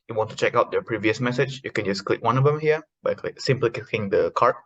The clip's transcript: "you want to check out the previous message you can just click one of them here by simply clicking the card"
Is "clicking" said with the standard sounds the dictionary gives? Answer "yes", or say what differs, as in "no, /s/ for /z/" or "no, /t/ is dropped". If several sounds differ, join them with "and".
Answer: no, /l/ is dropped